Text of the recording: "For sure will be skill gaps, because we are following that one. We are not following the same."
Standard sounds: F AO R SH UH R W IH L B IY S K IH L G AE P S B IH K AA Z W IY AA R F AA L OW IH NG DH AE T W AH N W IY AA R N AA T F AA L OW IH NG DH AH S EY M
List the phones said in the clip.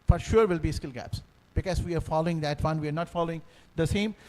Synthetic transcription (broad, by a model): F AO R SH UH R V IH L B IY S K IH L G AE P S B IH K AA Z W IY AA R F AA L OW IH NG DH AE T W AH N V IY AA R N AA T F AA L OW IH NG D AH S EY M